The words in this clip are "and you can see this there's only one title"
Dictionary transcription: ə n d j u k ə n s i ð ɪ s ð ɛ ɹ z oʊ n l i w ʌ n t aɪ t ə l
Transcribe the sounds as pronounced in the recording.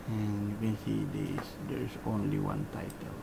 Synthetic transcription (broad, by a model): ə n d j u k ə n s i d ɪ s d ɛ ɹ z oʊ n l i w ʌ n t aɪ t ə l